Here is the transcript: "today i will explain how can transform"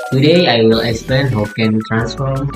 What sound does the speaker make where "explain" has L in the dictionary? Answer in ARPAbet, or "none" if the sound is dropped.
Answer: none